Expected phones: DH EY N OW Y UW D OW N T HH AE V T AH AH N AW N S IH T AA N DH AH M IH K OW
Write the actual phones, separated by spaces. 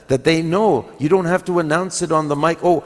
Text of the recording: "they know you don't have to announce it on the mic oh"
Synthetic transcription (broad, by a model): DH EY N OW Y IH D OW N T HH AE F T AH AH N AW N S IH T N DH AH M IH K OW